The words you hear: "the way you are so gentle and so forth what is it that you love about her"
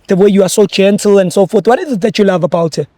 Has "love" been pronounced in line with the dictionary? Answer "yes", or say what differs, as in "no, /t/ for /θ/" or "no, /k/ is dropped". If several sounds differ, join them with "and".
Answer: yes